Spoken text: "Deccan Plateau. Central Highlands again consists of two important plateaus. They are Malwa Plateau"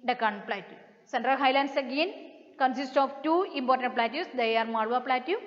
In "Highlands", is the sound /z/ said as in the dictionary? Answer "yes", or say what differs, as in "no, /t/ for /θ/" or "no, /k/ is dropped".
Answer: no, /s/ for /z/